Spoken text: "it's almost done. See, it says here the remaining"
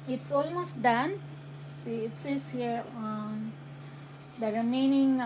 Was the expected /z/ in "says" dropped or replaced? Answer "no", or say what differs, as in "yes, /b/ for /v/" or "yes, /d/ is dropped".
yes, /s/ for /z/